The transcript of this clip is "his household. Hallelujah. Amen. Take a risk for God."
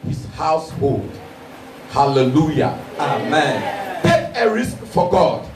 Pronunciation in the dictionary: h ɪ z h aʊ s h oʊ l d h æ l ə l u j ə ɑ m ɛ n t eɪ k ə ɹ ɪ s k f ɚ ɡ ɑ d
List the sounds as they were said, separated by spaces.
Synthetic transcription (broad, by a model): h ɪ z h aʊ s h oʊ l d h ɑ l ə l u j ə ɑ m ɛ n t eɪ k ə ɹ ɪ s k f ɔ ɡ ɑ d